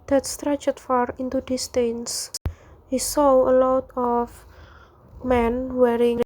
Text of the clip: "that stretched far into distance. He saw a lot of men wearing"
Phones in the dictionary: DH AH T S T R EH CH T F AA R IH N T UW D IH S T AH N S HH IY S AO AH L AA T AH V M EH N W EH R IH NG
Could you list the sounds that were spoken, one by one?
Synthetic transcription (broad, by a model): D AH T S T R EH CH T F AA R IH N T UW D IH S T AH N S HH IY S AO AH L AA T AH F M EH N W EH R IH NG